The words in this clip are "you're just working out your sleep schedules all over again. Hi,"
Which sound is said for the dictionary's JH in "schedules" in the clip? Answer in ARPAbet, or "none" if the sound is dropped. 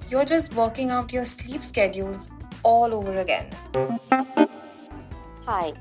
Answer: JH